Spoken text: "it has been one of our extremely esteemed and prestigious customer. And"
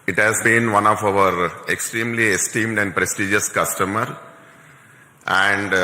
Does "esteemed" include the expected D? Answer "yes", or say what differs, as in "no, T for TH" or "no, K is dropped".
yes